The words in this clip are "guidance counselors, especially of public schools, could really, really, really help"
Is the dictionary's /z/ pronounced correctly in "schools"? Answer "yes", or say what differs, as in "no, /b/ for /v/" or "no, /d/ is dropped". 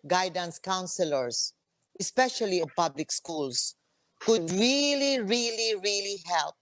no, /s/ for /z/